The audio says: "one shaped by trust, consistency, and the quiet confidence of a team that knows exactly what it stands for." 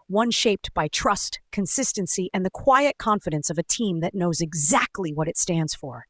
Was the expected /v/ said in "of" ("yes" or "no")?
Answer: yes